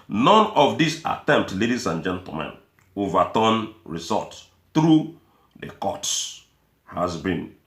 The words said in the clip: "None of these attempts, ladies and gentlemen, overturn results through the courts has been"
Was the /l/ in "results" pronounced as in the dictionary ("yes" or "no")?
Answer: no